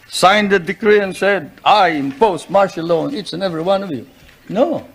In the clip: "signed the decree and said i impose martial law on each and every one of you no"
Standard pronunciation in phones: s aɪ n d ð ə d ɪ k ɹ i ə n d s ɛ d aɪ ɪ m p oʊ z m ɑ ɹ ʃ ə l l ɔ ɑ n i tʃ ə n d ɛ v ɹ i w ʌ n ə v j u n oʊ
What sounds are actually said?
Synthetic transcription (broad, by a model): s aɪ n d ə d ɪ k ɹ i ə n s ɛ d aɪ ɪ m p oʊ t m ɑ ɹ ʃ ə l l ɔ n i s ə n ɛ v ɹ i w ʌ n ə v j u n oʊ